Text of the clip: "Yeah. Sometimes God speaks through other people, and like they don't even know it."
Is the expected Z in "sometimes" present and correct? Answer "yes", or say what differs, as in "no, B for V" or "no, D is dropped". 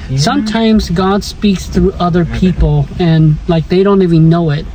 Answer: yes